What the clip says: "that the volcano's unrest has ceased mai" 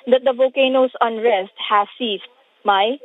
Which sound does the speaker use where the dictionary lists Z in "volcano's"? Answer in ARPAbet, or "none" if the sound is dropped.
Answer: S